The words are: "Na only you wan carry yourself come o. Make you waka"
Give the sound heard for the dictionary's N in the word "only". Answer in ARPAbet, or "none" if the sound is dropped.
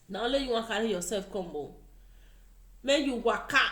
none